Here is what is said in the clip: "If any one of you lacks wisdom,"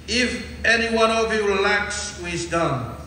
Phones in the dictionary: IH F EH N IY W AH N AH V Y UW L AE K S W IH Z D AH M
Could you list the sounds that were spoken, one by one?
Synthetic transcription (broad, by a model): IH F EH N IY W AH N AH V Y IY L AE K S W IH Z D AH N